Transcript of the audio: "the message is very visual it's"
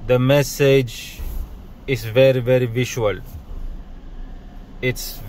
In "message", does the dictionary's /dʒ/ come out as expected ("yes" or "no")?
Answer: yes